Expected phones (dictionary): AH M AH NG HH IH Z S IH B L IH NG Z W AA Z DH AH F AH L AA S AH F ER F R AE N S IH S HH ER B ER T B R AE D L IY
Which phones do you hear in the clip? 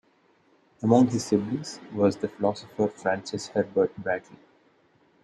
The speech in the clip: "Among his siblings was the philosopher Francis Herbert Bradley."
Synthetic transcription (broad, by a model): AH M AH NG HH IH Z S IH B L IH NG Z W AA Z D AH F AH L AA S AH F ER F R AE N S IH S HH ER B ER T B AE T L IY